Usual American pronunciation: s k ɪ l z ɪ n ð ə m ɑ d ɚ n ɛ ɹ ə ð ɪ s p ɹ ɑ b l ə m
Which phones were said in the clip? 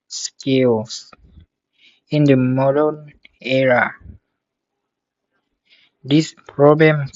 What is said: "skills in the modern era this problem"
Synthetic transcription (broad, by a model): s k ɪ l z ɪ n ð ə m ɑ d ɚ n ɛ ɹ ə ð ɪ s p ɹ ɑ b l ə m